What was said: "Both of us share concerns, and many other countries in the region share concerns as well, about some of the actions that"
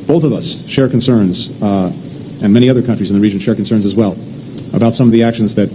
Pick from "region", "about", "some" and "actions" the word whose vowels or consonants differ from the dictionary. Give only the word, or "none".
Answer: none